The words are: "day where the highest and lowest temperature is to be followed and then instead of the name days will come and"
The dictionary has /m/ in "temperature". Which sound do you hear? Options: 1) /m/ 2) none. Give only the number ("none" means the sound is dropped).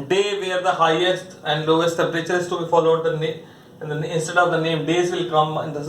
2